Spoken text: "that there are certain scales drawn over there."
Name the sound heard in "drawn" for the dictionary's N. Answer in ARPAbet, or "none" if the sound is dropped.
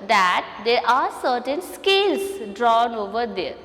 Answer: N